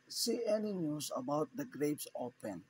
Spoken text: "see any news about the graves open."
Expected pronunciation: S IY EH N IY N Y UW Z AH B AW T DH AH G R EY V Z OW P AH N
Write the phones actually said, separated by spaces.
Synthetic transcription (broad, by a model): S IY EH N IY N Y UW S AH B AW T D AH G R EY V S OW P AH N